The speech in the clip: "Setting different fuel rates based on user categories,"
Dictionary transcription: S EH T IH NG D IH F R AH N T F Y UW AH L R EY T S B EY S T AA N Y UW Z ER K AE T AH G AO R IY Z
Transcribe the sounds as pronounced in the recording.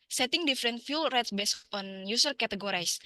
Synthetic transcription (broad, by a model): S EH T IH NG D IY F R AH N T F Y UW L R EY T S B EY S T AA N Y UW S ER K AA T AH G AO R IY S